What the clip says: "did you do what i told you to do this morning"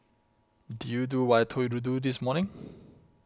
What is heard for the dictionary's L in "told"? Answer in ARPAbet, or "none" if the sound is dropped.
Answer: none